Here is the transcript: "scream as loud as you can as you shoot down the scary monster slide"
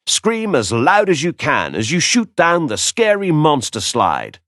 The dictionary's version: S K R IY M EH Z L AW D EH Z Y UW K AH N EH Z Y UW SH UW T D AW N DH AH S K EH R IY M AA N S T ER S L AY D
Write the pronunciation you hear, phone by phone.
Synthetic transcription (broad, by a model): S K R IY M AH Z L AW D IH Z Y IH K AH N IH Z Y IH SH UW T D AW N DH AH S K EH R IY M AA N S T ER S L AY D